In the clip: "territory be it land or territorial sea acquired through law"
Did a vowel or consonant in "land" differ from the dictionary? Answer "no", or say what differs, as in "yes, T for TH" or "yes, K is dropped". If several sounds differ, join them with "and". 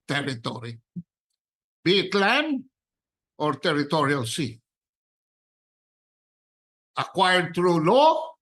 yes, D is dropped